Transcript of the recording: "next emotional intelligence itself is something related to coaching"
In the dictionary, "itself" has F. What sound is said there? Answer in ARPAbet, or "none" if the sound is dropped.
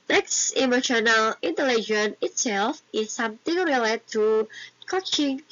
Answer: F